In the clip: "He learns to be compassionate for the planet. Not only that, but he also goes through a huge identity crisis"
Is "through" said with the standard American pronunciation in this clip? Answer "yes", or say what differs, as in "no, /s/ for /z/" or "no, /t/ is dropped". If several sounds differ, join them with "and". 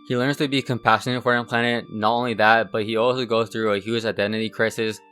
yes